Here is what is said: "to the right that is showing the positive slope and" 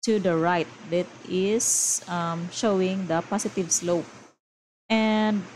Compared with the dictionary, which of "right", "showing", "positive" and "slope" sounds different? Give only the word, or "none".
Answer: positive